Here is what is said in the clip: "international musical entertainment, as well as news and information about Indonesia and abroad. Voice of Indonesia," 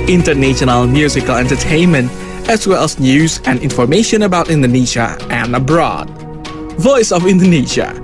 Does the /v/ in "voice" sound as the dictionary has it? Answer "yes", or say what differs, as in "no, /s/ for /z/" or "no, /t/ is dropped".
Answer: yes